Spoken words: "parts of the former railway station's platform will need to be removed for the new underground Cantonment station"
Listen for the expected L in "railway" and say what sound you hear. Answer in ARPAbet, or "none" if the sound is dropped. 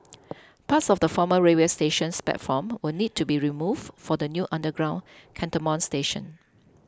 none